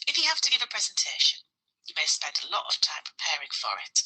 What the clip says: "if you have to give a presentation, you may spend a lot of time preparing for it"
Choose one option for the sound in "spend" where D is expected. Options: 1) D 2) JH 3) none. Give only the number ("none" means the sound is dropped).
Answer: 1